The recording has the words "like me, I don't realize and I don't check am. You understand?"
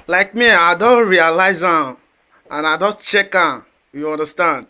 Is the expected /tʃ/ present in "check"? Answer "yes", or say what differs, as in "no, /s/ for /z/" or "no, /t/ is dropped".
yes